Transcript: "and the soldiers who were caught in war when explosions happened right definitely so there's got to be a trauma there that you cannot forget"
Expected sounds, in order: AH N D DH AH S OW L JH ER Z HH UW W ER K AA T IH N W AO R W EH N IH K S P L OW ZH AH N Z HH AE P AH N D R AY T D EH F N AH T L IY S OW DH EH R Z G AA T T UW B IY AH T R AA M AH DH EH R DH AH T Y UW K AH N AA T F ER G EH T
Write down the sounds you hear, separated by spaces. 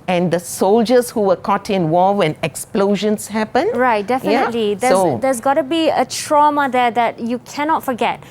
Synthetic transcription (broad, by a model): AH N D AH S OW L JH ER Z HH UW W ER K AA T IH N W AO W EH N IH K S P L OW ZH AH N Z HH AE P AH N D R AY T D EH F N AH T L IY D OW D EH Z G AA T T UW B IY AH T R AA M AH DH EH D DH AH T Y UW K AH N AA T F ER G EH T